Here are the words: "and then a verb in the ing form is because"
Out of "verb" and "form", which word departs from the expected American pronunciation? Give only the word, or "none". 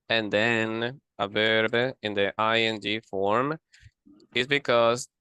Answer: none